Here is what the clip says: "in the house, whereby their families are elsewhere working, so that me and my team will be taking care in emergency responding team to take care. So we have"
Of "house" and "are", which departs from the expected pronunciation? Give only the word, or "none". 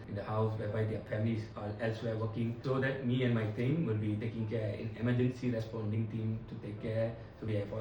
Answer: are